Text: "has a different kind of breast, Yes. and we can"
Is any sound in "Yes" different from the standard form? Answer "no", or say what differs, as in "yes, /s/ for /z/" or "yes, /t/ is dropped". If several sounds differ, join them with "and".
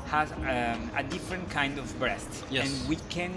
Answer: yes, /s/ is dropped